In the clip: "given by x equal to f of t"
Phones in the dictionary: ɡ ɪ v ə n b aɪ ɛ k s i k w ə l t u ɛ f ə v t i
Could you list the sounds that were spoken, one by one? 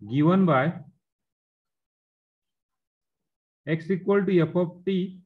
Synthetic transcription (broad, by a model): ɡ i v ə n b aɪ ɛ k s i k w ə l t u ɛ p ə p t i